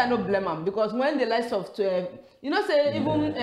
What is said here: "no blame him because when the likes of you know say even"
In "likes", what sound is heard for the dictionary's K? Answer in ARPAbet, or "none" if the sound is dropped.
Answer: none